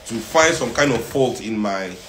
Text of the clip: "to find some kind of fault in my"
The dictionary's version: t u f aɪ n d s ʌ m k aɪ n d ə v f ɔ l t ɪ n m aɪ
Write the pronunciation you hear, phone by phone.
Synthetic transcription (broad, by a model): t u f aɪ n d s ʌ m k aɪ n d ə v p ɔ l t ɪ n m aɪ